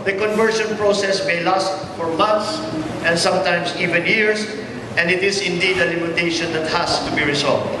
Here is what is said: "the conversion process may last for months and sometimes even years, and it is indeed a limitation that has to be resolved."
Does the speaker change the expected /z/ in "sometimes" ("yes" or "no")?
yes